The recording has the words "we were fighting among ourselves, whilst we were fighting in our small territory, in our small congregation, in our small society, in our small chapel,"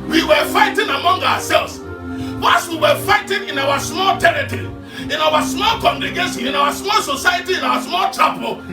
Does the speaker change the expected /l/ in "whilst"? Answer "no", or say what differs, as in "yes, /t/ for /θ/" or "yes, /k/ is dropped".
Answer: yes, /l/ is dropped